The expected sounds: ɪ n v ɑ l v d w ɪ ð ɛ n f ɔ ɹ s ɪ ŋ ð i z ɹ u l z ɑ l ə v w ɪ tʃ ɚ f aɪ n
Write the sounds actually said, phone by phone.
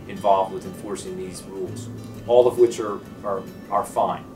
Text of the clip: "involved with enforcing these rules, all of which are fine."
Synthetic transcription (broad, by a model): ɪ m v ɑ l v d w ɪ ð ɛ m f ɔ ɹ s ɪ ŋ ð i z ɹ u l z ɑ l ə v w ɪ tʃ ɚ f aɪ n